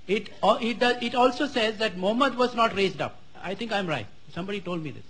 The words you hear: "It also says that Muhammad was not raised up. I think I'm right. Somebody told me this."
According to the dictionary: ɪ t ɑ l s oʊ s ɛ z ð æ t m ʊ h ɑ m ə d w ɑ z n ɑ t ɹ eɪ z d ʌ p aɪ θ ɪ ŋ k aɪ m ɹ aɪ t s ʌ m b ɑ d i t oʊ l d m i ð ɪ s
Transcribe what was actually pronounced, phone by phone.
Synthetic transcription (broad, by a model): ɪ t ɑ l s oʊ s ɛ z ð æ t m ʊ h m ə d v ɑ z n ɑ t ɹ eɪ z d ʌ p aɪ t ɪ ŋ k aɪ m ɹ aɪ t s ʌ m b ɑ d i t oʊ l d m i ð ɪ s